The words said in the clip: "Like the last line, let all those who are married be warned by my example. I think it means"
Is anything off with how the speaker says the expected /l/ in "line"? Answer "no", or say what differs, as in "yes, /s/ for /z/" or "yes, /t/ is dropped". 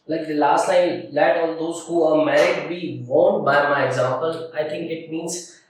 yes, /n/ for /l/